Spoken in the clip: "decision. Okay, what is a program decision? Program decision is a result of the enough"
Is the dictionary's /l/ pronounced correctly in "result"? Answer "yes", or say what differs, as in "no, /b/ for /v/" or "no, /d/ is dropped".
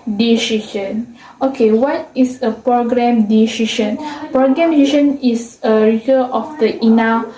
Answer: no, /l/ is dropped